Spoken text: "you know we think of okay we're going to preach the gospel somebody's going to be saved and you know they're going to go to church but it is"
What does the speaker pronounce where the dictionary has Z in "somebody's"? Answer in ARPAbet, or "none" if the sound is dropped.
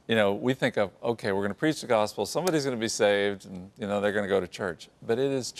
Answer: Z